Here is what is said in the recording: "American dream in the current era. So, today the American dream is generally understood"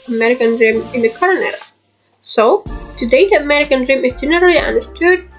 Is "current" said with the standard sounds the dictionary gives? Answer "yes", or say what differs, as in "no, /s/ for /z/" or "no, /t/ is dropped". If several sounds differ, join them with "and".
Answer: no, /t/ is dropped